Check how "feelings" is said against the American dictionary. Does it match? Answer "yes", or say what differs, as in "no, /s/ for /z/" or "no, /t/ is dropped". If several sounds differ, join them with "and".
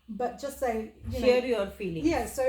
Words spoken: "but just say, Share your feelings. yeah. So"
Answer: no, /z/ is dropped